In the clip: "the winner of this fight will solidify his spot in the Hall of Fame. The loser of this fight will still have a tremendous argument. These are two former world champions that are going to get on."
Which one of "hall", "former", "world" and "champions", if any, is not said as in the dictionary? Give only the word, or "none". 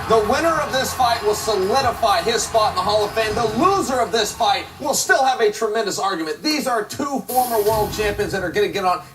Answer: none